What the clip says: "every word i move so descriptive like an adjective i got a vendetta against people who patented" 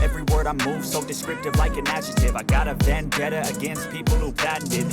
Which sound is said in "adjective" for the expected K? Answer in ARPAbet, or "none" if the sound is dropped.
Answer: none